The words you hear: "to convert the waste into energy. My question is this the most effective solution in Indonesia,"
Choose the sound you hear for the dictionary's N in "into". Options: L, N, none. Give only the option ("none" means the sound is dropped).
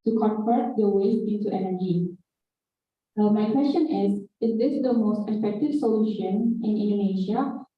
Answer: none